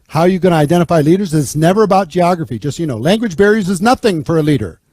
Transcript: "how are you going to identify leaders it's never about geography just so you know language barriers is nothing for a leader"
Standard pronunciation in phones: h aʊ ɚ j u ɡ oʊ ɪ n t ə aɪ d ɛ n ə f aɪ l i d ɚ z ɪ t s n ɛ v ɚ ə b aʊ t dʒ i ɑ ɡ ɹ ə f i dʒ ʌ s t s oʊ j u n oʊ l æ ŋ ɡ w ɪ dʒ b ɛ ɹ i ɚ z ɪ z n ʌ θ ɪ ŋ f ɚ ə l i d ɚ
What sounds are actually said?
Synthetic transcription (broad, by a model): h aʊ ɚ j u ɡ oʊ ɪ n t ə aɪ d ɛ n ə f aɪ l i d ɚ z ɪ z n ɛ v ɚ ə b aʊ t dʒ i ɑ ɡ ɹ ə f i dʒ ʌ s t j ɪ n oʊ l æ ŋ ɡ w ɪ dʒ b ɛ ɹ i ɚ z ɪ z n ʌ θ ɪ ŋ f ɚ ə l i d ɚ